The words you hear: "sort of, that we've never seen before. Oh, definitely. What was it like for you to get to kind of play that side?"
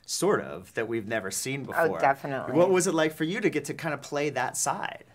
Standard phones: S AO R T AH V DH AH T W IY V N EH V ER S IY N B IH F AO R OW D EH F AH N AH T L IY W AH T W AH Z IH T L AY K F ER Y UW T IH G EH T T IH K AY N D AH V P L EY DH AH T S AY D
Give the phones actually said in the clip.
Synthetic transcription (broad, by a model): S AO R T AH V DH AH T W IY V N EH V ER S IY N B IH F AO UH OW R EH F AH N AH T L W AH T W AH Z IH T L AY K F ER Y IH T IH G EH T T IH K AY N D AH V P L EY DH AH T S AY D